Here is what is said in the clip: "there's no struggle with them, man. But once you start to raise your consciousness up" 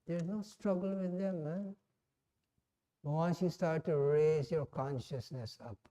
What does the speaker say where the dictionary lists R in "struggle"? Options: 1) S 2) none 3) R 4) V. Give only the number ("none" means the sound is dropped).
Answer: 3